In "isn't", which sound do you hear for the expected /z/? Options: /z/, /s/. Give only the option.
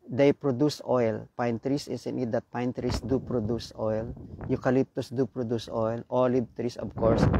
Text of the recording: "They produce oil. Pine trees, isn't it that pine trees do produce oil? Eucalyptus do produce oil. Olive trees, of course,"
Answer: /s/